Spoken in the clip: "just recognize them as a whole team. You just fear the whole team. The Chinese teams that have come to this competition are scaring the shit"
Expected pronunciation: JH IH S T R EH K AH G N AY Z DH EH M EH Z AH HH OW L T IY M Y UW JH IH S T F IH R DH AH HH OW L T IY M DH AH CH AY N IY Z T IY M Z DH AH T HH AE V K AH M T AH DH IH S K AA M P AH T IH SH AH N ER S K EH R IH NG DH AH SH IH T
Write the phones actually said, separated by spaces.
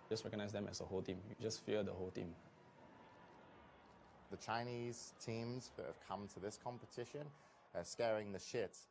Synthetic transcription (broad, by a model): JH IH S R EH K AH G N AY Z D EH M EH S AH HH OW L T IY M Y UW JH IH S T F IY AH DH AH HH OW L T IY M DH AH CH AY N IY Z T IY M Z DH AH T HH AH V K AH M T AH DH IH S K AA M P AH T IH SH AH N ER S K EH R IH NG DH AH SH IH T